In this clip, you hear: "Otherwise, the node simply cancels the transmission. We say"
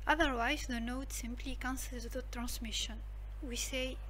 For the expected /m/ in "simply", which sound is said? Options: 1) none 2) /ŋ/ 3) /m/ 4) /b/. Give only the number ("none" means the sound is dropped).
3